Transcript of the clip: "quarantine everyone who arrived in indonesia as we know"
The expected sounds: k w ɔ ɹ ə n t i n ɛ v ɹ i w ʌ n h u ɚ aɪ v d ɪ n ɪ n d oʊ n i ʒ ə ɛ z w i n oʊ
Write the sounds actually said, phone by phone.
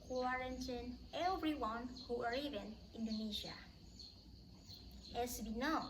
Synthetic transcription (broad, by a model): k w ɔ ɹ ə n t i n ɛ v ɹ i w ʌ n h u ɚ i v ɪ n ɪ n d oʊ n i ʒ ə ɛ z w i n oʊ